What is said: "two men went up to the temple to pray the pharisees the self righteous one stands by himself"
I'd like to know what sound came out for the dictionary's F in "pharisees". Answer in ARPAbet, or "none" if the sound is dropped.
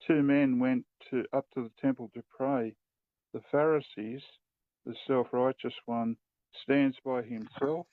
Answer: F